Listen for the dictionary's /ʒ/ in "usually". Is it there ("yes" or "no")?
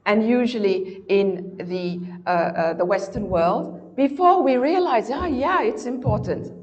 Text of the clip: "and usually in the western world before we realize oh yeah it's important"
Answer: yes